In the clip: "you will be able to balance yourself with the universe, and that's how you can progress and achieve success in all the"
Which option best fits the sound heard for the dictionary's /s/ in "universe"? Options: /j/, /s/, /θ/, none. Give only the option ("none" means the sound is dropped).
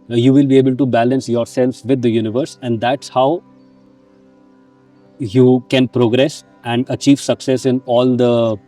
/s/